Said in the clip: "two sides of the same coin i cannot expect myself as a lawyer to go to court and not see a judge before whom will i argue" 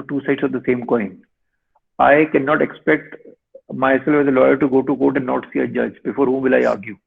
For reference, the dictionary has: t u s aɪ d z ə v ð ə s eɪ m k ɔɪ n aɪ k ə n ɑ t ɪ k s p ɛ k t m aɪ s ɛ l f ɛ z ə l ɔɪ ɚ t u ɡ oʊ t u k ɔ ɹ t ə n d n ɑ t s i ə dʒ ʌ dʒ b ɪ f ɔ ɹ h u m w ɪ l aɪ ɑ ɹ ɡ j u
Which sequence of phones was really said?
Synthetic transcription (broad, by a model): t u s aɪ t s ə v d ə s eɪ m k ɔɪ n aɪ k ə n ɑ t ɪ k s p ɛ k t m aɪ s ɛ l f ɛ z ə l ɔɪ ɚ t u ɡ oʊ t u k ɔ t ə n d n ɑ t s i ə dʒ ʌ dʒ b ɪ f ɔ ɹ h u m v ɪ l aɪ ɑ ɹ ɡ j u